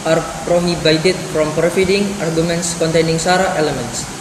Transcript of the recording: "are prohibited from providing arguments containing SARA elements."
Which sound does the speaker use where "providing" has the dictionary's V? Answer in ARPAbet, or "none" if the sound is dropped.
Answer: F